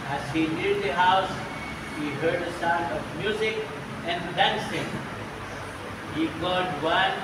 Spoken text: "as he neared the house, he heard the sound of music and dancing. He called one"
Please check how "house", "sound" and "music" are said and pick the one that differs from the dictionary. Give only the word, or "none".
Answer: sound